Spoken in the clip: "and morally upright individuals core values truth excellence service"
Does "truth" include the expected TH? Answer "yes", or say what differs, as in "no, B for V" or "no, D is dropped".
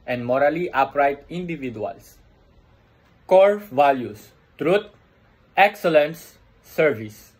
no, T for TH